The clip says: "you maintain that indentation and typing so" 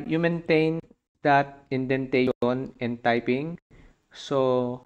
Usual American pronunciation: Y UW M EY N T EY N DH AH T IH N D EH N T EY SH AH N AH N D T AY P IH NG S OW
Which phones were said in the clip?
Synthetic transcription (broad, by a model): Y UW M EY N T EY N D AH T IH N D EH N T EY AH N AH N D T AY P IH NG S OW